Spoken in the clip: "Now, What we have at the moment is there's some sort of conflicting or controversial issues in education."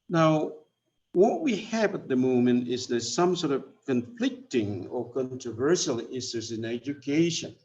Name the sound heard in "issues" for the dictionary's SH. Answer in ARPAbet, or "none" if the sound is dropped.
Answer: S